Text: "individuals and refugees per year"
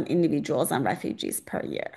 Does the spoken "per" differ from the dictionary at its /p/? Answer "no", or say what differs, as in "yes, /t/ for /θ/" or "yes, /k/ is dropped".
no